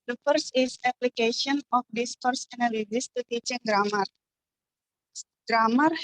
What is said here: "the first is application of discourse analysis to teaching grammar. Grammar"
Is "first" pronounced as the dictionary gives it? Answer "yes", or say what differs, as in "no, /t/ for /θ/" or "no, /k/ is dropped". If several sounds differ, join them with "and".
no, /t/ is dropped